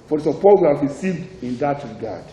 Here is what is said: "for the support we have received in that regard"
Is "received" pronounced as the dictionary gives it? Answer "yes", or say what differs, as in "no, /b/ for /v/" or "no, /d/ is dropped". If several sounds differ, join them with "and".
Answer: yes